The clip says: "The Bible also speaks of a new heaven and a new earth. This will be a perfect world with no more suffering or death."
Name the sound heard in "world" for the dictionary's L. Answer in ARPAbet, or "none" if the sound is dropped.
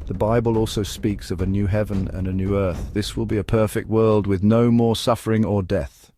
L